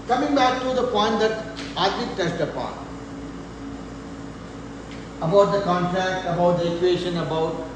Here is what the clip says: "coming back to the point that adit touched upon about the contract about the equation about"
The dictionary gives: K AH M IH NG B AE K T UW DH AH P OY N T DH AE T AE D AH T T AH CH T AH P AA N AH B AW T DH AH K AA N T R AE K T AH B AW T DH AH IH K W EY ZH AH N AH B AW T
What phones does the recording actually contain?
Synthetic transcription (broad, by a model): K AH M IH NG B AE K T UW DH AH P OY N T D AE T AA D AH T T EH S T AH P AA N AH B AW T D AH K AA N T R AE K T AH B AW T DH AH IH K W EY SH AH N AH B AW T